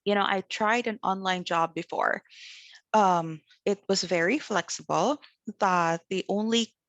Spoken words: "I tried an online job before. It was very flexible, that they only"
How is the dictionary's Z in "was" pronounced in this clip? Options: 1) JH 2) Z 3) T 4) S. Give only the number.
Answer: 2